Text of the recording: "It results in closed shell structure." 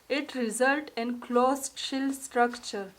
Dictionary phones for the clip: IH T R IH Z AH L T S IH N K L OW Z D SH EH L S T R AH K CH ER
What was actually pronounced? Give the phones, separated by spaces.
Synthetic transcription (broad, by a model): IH T R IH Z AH L T IH N K L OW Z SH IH L S T R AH K CH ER